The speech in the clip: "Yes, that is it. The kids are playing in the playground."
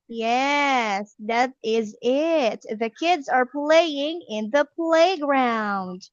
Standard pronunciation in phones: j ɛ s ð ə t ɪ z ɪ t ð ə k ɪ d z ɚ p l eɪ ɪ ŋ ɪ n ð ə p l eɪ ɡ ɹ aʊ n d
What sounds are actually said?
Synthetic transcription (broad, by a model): j ɛ s ð ə t ɪ z ɪ t ð ə k ɪ d z ɚ p l eɪ ɪ ŋ ɪ n ð ə p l eɪ ɡ ɹ aʊ n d